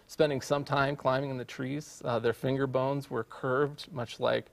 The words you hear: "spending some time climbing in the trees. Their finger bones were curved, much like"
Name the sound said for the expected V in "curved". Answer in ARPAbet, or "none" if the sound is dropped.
V